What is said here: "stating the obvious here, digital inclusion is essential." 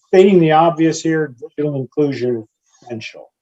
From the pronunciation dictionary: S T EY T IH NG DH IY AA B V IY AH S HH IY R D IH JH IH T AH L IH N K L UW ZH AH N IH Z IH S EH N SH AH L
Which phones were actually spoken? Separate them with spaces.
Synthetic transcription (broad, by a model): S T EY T IH NG DH IY AA B V IY AH S HH IY R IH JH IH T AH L IH N K L UW ZH AH N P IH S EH N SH L